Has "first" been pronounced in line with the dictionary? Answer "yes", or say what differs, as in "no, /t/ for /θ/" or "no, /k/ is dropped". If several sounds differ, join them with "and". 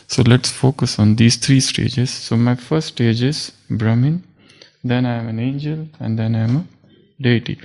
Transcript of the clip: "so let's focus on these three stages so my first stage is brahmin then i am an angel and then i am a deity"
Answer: no, /s/ is dropped